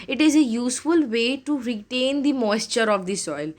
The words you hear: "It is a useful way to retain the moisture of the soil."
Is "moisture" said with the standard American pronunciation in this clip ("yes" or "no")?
yes